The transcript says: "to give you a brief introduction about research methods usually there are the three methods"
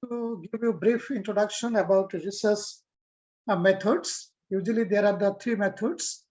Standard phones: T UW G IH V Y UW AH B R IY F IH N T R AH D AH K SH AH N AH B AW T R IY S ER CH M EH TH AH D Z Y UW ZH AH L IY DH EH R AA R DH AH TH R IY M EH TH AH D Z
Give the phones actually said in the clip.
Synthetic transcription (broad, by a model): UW G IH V Y UW B R IY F IH N T R AH D AH K SH AH N AH B AW T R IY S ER S M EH T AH D S Y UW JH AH L IY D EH R AA R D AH T R IY M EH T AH D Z